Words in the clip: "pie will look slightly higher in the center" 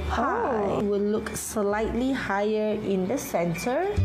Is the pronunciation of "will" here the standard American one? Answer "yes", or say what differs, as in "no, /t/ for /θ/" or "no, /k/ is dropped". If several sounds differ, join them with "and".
no, /w/ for /l/